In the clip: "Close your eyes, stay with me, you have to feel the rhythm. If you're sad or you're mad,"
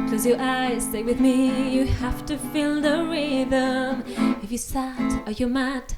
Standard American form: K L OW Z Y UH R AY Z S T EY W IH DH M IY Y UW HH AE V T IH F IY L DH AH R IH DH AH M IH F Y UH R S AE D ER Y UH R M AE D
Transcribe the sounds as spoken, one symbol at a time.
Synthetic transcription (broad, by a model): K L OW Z Y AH R AY Z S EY W IH DH M IY Y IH HH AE F T IH F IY L DH AH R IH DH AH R IH F Y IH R S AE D ER Y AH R M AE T